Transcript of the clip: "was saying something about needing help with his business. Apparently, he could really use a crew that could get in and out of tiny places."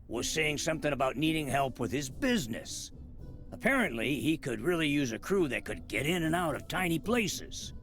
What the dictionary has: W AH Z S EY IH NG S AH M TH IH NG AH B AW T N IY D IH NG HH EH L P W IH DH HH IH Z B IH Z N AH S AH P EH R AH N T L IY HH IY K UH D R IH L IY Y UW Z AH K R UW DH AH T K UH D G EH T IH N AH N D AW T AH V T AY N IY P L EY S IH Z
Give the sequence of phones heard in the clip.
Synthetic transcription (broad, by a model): W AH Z S EY IH NG S AH M TH IH NG AH B AW T N IY D IH NG HH EH L P W IH DH IH Z B IH Z N AH S AH P EH R AH N T L IY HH IY K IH D R IH L IY Y UW Z AH K R UW DH AH T K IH D G EH T IH N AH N AW T AH V T AY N IY P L EY S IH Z